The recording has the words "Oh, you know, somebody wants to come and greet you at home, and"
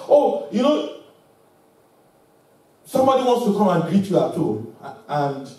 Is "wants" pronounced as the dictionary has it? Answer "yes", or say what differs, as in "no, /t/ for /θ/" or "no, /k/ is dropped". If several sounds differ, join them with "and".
yes